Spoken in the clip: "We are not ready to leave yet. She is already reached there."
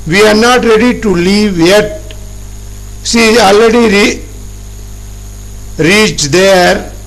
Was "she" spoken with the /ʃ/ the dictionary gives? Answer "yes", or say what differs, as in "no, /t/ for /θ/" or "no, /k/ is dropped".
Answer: no, /s/ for /ʃ/